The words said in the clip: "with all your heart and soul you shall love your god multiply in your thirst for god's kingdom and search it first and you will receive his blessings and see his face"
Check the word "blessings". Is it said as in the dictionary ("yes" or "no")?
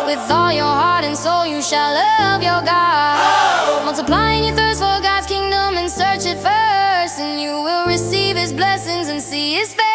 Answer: yes